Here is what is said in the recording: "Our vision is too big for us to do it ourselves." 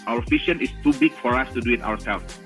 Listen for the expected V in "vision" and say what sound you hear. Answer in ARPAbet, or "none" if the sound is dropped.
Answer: F